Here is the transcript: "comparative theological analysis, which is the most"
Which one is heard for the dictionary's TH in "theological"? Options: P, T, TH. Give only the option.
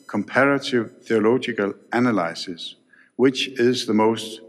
TH